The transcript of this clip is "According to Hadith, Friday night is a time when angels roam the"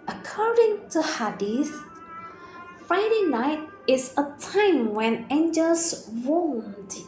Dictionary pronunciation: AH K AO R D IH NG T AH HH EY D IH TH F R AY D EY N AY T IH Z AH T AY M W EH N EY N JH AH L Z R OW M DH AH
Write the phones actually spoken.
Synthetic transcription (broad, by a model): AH K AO R D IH NG T AH HH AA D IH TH F R AY D EY N AY T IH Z AH T AY M W EH N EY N JH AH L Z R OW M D